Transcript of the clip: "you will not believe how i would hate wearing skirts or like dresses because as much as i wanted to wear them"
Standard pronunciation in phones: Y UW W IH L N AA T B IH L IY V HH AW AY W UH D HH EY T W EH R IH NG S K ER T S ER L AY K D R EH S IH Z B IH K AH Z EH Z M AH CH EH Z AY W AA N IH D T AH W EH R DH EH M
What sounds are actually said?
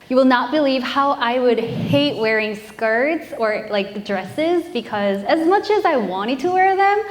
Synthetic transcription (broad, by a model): Y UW W IH L N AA T B IH L IY V HH AW AY W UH D HH EY T W EH R IH NG S K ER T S ER L AY K D R EH S IH Z B IH K AH Z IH Z M AH CH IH Z AY W AA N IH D T AH W EH R DH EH M